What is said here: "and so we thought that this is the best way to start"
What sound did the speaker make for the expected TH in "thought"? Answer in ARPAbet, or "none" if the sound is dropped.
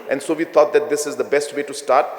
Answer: T